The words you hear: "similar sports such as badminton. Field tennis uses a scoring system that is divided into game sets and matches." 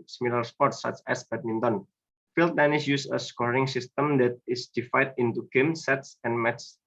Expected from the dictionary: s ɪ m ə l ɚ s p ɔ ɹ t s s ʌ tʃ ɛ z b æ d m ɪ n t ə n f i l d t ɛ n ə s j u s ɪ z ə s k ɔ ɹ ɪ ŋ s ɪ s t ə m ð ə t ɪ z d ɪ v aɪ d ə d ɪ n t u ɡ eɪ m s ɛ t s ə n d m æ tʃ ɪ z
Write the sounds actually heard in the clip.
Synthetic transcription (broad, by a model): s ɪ m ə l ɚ s p ɔ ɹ t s s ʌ tʃ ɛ s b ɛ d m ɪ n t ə n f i l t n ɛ n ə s j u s ə s k ɔ ɹ ɪ ŋ s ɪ s t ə m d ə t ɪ s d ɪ f aɪ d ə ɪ n t u ɡ eɪ m s ɛ t s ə n m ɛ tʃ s